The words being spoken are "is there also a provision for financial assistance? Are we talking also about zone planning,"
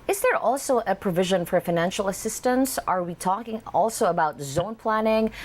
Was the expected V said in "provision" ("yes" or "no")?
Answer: yes